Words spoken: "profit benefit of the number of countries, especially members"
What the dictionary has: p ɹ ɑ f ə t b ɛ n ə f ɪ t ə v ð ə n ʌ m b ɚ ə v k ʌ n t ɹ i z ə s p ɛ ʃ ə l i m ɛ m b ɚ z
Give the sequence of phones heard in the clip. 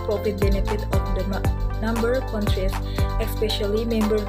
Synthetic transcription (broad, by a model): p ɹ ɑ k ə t b ɛ n ə f ɪ t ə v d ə n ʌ m b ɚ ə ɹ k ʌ n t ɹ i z ə s p ɛ ʃ ə l i m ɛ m b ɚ